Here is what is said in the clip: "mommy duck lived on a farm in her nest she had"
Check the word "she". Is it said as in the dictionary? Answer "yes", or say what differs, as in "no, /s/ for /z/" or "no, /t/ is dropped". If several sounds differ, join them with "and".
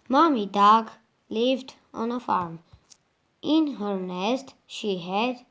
yes